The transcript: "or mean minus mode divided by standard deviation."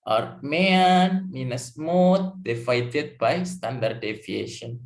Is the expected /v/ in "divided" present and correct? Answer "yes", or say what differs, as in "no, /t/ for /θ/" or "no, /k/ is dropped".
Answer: no, /f/ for /v/